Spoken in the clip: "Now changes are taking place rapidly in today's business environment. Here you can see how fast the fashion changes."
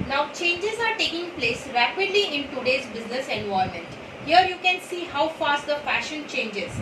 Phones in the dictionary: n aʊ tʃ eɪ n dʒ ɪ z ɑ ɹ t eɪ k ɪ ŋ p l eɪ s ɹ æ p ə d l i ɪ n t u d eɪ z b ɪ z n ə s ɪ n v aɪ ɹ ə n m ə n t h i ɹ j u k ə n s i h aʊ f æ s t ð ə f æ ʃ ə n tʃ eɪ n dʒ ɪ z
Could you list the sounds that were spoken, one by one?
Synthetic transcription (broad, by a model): n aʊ tʃ eɪ n dʒ ɪ z ɑ ɹ t eɪ k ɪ ŋ p l eɪ s ɹ æ p ə d l i ɪ n t u d eɪ z b ɪ z n ə s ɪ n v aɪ ə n m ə n t h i ɹ j u k ə n s i h aʊ f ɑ s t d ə f æ ʃ ə n tʃ eɪ n dʒ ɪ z